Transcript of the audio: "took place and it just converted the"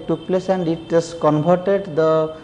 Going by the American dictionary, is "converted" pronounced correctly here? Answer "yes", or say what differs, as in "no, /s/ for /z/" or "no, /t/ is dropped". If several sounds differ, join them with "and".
no, /b/ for /v/